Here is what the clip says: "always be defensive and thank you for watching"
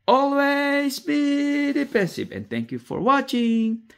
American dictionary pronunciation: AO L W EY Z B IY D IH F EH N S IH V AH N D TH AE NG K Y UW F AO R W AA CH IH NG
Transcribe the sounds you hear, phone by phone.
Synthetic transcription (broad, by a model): AO L W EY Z B IY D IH P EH N S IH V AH N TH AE NG K Y UW F AO R W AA CH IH NG